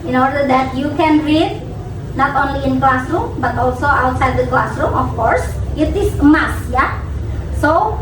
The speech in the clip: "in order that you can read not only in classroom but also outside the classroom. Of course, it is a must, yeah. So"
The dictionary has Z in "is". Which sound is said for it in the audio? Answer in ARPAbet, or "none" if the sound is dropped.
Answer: S